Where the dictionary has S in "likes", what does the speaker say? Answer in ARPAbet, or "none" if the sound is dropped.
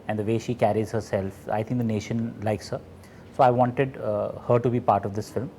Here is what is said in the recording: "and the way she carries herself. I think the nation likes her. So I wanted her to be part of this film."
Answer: S